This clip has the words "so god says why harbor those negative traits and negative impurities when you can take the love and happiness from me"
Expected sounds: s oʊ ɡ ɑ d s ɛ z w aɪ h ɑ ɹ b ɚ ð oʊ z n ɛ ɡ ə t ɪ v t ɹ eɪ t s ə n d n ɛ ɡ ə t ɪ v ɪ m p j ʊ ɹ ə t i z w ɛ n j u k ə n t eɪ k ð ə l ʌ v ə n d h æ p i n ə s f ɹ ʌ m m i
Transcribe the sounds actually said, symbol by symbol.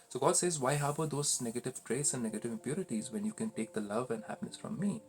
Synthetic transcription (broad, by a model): s oʊ ɡ ɑ d s ɛ z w aɪ h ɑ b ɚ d oʊ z n ɛ ɡ ə t ɪ v t ɹ eɪ t s ə n d n ɛ ɡ ə t ɪ v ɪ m p j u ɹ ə t i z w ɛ n j u k ə n t eɪ k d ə l ʌ v ə n d h æ p i n ə s f ɹ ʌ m m i